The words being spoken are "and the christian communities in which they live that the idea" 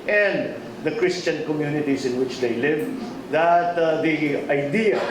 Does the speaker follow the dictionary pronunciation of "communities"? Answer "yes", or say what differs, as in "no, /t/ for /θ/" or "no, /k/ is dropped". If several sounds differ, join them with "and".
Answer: no, /s/ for /z/